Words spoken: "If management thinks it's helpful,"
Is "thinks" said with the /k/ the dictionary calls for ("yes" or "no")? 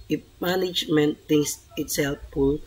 no